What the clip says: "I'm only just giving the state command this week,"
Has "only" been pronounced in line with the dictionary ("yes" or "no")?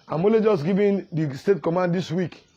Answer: no